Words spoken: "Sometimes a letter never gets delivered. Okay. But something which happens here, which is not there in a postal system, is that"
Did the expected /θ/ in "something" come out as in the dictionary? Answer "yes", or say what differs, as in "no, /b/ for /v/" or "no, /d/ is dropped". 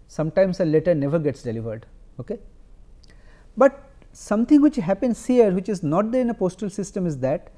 no, /t/ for /θ/